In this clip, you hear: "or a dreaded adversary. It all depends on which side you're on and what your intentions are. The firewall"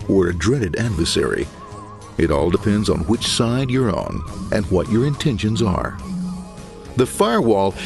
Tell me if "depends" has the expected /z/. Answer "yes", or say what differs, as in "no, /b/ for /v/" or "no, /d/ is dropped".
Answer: yes